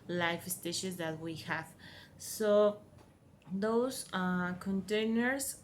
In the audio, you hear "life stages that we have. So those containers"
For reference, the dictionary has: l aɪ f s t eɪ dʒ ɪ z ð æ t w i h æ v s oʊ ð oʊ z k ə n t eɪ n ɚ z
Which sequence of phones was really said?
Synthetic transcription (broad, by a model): l aɪ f s t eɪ ʃ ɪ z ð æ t w i h æ v s oʊ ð oʊ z k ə n t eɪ n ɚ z